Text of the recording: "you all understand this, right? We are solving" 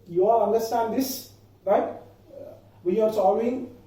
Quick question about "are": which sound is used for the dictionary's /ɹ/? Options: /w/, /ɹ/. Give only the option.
/ɹ/